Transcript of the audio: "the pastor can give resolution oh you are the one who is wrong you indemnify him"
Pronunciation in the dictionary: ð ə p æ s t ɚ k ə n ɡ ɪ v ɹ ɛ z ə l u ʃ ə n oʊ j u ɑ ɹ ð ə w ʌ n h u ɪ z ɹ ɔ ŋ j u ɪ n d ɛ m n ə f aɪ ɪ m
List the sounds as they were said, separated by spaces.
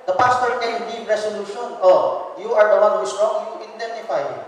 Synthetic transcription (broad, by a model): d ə p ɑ s t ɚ k ə n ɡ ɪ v ɹ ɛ s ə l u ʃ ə n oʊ j u ɑ ɹ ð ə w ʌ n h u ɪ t ɹ ɔ ŋ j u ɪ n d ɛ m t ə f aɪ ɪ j